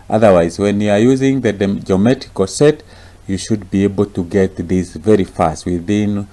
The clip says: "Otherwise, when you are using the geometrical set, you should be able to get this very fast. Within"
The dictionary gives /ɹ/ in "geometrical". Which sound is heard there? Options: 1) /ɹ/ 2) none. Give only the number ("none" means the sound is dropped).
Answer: 2